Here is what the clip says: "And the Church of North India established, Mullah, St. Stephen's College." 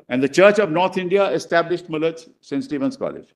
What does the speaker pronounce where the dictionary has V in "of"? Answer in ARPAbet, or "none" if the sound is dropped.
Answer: V